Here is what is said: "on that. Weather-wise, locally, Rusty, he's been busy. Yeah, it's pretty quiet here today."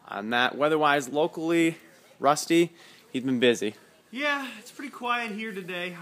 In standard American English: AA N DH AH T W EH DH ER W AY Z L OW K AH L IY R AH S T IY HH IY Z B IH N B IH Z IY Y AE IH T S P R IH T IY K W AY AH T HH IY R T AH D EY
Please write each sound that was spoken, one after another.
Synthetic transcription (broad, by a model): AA N DH AH T W EH DH ER W AY Z L OW K L IY R AH S T IY HH IY Z B IH N B IH Z IY Y AE IH T S P R IH T IY K W AY AH T HH IY R T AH D EY